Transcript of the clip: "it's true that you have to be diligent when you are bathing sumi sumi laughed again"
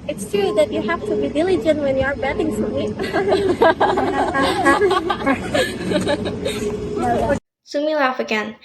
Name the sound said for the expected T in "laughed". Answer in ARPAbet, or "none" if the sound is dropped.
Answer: none